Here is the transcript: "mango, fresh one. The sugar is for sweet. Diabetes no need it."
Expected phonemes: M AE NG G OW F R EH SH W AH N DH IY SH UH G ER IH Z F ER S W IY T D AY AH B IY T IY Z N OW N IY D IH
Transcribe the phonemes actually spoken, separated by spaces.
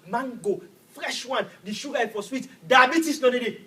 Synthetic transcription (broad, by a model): M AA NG G OW F R EH SH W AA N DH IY SH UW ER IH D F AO S W IY T D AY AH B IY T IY S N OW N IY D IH